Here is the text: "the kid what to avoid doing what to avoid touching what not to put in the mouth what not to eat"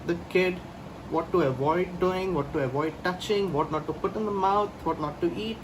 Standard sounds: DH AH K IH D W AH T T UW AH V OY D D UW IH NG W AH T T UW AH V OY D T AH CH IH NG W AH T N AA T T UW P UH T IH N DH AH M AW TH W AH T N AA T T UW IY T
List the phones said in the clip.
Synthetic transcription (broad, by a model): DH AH K IH D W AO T T UW AH V OY D D UW IH NG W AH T T UW AH V OY D T AH CH IH NG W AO T N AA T T UW P UH T IH N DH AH M AW T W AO T N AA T T UW IY T